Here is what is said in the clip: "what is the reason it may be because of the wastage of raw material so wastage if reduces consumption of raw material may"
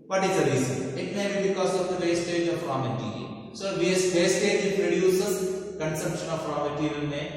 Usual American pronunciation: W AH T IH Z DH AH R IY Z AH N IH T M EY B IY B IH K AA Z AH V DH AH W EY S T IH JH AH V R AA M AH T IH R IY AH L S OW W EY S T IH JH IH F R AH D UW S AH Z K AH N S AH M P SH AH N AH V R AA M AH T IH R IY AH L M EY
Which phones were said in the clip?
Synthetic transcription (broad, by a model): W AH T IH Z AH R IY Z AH IH T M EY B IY B IH K AA Z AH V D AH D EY S T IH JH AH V R AA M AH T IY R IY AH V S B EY S T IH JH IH P R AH D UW S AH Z K AH N S AH M P SH AH N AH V R AA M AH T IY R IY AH N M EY